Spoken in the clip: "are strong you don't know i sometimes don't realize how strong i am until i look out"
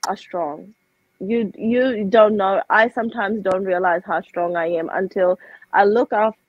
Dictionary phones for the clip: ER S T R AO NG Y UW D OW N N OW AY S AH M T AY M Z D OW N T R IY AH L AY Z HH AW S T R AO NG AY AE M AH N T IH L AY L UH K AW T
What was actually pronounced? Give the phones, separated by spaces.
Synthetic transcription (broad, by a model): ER S T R AO NG Y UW D OW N N OW AY S AH M T AY M Z D OW N T R IY AH L AY Z HH AW S T R AO NG AY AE M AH N T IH L AY L UH K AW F